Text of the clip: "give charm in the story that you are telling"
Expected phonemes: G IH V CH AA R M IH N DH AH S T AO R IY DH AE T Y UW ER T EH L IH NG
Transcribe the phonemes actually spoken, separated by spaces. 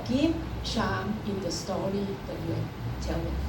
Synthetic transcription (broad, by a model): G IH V SH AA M IH N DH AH S T AO R IY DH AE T Y UW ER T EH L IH